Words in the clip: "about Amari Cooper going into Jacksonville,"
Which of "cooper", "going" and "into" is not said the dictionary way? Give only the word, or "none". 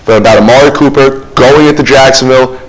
into